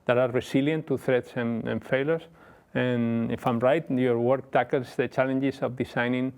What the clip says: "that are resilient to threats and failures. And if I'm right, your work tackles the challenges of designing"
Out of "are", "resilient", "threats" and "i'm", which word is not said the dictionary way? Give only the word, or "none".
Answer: resilient